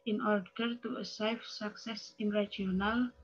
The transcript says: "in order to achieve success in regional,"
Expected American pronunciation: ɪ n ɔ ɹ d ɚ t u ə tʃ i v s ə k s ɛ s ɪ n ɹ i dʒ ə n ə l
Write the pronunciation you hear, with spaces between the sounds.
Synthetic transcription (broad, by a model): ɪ n ɔ ɹ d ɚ t u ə s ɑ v s ə k s ɛ s ɪ n ɹ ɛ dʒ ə n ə l